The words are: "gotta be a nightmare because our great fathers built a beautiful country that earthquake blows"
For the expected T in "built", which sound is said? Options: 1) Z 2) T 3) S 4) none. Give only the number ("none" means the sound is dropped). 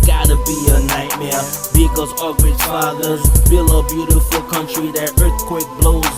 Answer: 4